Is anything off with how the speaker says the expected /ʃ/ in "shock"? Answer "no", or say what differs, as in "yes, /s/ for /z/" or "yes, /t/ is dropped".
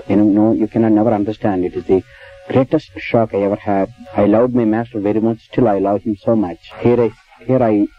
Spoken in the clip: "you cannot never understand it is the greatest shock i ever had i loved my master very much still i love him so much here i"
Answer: no